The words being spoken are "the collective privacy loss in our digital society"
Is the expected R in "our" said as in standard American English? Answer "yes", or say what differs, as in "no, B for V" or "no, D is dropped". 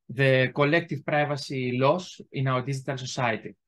no, W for R